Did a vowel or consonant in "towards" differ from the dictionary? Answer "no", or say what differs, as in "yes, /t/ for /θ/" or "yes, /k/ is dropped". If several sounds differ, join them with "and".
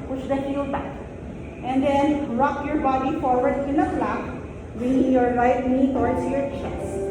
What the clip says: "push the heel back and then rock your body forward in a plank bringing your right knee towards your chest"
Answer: yes, /s/ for /z/